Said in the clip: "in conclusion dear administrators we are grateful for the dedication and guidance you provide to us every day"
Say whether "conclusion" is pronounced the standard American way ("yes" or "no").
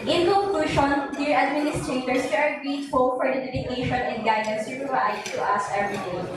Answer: no